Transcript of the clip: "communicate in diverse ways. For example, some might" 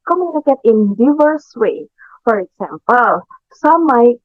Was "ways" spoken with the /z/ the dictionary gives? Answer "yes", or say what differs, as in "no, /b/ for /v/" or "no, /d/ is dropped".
no, /z/ is dropped